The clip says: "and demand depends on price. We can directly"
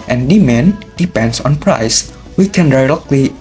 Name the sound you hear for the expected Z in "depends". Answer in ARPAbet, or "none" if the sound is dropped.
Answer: S